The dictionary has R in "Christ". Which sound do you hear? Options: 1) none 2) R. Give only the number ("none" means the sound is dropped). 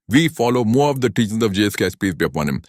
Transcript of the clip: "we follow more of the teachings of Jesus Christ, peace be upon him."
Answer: 1